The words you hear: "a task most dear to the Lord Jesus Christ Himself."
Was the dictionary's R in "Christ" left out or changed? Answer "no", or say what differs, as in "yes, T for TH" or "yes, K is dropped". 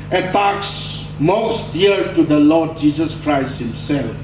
no